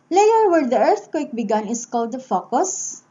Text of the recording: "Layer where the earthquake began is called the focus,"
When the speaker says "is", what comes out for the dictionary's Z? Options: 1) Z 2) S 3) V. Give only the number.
2